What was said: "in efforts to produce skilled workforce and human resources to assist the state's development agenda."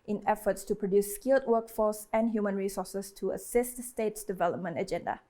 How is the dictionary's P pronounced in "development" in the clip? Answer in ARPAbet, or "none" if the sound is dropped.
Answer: P